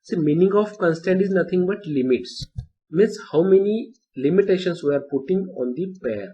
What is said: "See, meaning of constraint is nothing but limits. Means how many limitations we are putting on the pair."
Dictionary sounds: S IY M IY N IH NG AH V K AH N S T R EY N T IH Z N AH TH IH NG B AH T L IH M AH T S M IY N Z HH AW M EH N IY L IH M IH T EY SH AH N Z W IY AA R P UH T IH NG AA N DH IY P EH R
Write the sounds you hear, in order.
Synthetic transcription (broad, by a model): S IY M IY N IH NG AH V K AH N S T EY N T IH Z N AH T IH NG B AH T L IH M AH T S M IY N S HH AW M EH N IY L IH M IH T EY SH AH N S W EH R P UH T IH NG AA N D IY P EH R